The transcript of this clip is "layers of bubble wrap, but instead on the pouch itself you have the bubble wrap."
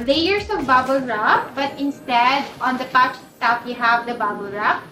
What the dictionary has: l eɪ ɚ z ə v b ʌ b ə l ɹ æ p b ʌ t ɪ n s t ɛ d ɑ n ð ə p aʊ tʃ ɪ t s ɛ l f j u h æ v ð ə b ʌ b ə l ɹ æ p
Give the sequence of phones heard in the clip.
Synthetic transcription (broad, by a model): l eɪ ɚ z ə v b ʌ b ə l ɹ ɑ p b ʌ t ɪ n s t ɛ d ɑ n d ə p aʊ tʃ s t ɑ f j u h æ v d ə b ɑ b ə l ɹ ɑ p